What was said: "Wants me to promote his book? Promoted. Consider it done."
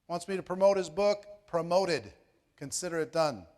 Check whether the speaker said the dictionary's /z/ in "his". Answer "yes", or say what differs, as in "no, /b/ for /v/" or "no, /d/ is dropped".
yes